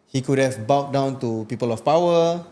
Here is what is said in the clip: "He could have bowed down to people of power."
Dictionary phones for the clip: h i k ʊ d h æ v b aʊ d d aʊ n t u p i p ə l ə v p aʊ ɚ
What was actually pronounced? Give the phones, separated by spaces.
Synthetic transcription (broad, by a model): h i k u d h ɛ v b aʊ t d aʊ n t u p i p ə l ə f p aʊ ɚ